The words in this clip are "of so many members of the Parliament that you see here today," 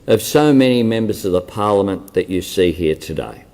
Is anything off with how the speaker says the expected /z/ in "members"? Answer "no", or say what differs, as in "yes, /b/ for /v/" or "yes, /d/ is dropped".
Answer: no